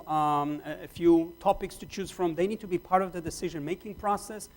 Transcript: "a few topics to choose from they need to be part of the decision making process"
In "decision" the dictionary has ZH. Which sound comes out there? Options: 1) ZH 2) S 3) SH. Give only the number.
1